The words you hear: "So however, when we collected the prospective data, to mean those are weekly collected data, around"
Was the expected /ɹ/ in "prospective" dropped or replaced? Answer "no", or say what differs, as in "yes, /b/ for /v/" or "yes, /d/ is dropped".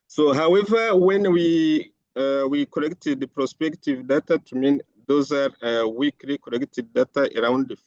no